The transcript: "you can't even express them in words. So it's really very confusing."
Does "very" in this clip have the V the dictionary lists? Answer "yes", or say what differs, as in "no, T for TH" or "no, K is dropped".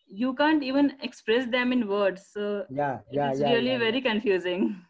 yes